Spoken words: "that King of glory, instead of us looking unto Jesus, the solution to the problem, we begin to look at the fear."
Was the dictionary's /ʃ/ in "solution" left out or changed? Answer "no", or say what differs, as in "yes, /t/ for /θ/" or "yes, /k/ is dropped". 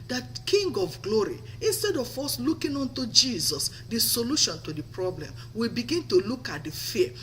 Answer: no